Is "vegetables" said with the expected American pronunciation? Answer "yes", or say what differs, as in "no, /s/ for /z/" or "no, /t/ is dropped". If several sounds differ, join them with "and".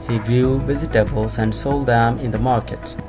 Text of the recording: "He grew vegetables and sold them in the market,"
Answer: no, /z/ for /dʒ/